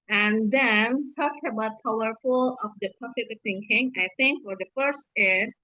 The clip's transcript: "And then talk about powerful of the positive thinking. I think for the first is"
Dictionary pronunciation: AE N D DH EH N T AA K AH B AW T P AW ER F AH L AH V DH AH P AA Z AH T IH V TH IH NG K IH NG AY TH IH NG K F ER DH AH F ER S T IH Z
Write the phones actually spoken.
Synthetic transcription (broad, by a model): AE N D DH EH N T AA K AH B AW T P AW ER F AH L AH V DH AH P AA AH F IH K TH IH NG K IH NG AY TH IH NG K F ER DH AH F ER S T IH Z